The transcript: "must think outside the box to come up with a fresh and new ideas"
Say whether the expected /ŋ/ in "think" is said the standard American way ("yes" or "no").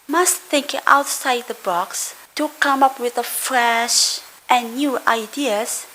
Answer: yes